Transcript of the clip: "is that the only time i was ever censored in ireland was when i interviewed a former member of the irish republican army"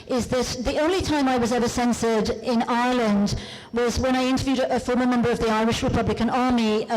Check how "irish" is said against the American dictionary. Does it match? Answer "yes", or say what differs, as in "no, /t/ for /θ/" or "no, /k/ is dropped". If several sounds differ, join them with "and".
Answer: yes